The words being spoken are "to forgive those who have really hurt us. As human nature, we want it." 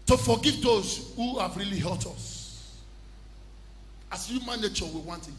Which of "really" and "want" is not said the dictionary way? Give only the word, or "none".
none